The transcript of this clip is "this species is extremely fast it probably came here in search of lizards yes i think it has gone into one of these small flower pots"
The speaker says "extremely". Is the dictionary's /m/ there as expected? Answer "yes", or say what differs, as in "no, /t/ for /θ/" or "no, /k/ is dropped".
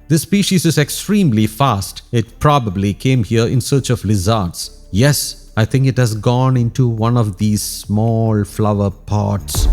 yes